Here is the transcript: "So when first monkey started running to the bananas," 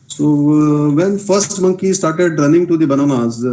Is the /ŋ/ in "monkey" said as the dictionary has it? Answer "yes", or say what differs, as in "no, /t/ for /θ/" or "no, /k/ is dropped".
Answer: yes